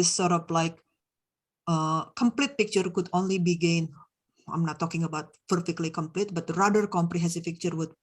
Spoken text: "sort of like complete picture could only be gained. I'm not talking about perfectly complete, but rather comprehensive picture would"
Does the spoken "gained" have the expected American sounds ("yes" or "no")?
no